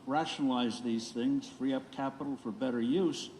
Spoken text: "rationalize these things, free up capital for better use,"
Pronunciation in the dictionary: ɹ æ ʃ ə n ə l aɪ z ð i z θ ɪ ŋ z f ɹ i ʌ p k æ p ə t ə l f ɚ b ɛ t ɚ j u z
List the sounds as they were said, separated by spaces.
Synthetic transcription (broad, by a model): ɹ æ ʃ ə n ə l aɪ z ð i z θ ɪ ŋ z f ɹ i ʌ p k æ p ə t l f ɚ b ɛ t ɚ j u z